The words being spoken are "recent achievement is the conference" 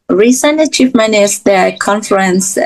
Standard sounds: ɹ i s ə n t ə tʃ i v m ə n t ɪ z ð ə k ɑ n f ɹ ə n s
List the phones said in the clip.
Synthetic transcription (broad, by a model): ɹ i s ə n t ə tʃ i f m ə n ɪ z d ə k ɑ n f ɹ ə n s